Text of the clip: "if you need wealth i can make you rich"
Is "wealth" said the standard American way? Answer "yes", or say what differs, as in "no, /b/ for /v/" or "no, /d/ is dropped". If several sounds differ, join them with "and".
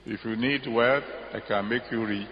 no, /l/ is dropped